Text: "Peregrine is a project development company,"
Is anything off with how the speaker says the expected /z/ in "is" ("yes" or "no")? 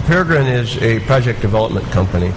no